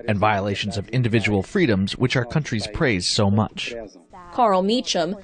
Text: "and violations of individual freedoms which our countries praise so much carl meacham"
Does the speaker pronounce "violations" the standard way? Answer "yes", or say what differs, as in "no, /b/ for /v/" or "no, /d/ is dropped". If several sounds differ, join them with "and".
yes